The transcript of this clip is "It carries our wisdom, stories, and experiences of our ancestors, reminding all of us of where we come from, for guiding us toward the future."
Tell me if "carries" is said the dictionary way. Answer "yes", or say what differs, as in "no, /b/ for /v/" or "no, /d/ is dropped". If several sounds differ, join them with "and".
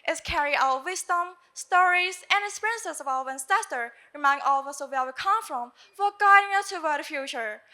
no, /z/ is dropped